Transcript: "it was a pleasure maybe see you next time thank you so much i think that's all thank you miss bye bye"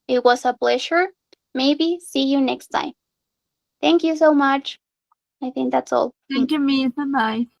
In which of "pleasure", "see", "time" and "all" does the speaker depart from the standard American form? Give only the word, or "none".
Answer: pleasure